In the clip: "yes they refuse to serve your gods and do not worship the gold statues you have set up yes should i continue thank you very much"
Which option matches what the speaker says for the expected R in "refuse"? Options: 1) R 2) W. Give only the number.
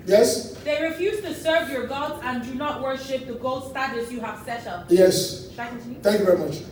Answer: 1